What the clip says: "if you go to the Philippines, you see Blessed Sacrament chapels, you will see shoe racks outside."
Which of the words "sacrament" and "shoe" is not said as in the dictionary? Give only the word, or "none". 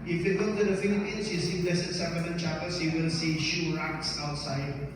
sacrament